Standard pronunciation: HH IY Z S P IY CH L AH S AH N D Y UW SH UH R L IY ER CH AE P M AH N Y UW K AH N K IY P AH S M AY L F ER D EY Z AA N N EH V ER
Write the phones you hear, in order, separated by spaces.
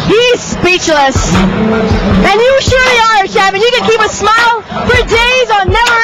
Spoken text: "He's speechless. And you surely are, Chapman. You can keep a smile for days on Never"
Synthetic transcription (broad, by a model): HH IY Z S P IY CH L AH S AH N Y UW SH UH R L IY ER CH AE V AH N Y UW K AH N K IY P AH S M AY L F ER D EY Z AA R N EH V ER